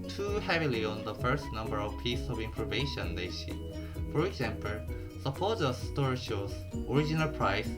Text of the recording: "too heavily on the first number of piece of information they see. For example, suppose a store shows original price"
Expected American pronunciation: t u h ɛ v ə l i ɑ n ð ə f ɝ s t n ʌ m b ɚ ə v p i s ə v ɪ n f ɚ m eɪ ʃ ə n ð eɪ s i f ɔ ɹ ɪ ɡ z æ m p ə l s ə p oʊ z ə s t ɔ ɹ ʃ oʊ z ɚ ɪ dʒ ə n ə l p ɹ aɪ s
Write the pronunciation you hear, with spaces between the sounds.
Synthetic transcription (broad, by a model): t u h ɛ v ə l i ɑ n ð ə f ɝ s t n ʌ m b ɚ ə v p i s ə v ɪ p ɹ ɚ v eɪ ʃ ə n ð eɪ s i f ɔ ɹ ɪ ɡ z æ m p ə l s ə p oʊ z ə s t ɔ ɹ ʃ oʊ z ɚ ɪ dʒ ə n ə l p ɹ aɪ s